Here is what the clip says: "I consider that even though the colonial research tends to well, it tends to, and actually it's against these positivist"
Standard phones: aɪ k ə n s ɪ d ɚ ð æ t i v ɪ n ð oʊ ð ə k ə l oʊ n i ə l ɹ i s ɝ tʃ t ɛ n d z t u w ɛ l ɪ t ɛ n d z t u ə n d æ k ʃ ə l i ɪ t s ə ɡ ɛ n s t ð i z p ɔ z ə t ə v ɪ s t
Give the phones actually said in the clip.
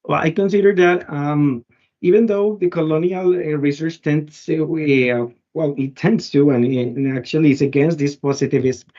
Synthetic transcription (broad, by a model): aɪ k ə n s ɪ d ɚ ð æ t i v ɪ n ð oʊ ð ə k ə l oʊ n i ə l ɹ i s ɝ tʃ t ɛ n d s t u w ɛ l ɪ t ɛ n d s t u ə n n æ k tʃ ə l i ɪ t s ə ɡ ɛ n s t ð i s p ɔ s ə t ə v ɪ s